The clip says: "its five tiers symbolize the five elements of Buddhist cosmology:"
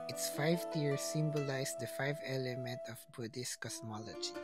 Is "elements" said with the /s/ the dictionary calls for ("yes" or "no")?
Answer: no